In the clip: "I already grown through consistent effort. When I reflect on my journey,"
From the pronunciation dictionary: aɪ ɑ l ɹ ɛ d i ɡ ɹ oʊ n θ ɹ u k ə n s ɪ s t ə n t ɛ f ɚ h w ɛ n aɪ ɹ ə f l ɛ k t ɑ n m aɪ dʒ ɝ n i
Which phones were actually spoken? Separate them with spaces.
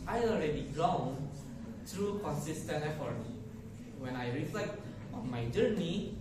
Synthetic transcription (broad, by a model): aɪ ɑ l ɹ ɛ d i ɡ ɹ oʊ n t ɹ u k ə n s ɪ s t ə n ɛ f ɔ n w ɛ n aɪ ɹ ə f l ɛ k t ɑ n m aɪ dʒ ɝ n i